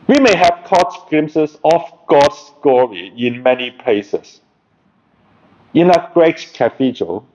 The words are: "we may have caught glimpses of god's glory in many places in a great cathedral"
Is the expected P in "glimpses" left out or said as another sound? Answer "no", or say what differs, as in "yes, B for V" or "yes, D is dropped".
yes, P is dropped